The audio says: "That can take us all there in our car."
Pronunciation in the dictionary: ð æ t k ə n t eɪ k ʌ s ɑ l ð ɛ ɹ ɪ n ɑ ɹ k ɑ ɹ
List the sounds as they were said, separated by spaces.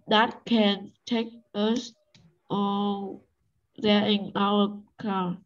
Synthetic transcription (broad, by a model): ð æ t k ə n t eɪ k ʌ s ɑ l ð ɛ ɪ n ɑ l k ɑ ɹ